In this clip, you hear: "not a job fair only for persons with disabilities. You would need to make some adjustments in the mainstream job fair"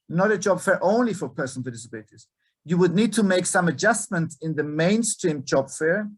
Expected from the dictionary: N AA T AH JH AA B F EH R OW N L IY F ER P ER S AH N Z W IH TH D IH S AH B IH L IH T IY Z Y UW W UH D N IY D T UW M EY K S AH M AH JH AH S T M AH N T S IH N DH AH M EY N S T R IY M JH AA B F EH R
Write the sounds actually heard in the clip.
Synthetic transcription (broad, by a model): N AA T AH JH AA B F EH R OW N L IY F ER P ER S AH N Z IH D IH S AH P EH IH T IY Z Y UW W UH D N IY D T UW M EY K S AH M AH JH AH S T M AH N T IH N DH AH M EY N S T R IY M JH AA B F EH R